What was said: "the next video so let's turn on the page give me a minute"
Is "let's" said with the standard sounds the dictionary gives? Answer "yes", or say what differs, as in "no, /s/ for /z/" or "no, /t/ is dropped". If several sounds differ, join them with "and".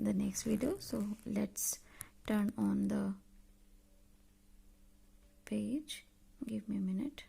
yes